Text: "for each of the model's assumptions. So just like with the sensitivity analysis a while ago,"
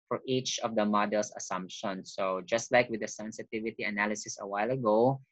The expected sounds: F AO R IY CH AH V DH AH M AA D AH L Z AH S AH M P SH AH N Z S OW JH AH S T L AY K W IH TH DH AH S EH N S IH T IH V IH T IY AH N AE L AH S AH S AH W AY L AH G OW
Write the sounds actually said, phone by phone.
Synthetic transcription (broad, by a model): F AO R IY CH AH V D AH M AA D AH L S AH S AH M P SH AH N S OW JH AH S T L AY K W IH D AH S EH N S IH T IH V IH T IY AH N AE L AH S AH S AH W AY L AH G OW